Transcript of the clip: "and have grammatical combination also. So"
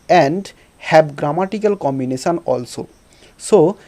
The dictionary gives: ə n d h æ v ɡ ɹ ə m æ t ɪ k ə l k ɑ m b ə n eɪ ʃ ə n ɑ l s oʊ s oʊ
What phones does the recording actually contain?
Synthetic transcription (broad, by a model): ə n d h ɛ b ɡ ɹ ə m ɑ t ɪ k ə l k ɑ m b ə n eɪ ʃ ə n ɑ l s oʊ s oʊ